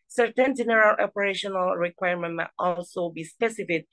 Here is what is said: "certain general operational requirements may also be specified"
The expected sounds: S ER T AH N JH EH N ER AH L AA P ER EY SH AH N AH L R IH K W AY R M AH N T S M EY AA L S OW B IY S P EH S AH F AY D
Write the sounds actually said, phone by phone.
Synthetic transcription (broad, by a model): S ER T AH N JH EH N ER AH L AA P ER EY SH AH N AH L R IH K W AY R M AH N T M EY AA L S OW B IY S P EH S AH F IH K